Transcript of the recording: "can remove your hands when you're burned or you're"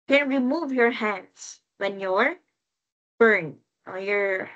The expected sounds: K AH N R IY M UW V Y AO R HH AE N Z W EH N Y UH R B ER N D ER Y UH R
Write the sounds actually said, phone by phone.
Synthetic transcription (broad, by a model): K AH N R IY M UW V Y AO R HH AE N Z W EH N Y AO R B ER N ER Y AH R